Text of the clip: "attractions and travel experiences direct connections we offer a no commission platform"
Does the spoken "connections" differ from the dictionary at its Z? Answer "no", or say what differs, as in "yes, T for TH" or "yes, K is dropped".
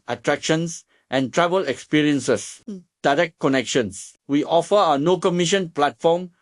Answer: yes, S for Z